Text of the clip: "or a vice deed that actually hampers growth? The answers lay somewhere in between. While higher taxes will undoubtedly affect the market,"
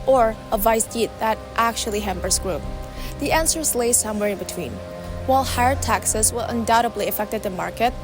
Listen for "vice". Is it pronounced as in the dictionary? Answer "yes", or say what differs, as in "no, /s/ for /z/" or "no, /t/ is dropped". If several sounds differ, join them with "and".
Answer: yes